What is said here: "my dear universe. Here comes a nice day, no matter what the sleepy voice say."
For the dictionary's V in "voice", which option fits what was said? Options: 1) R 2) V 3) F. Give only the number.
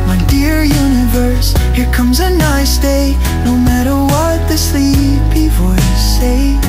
3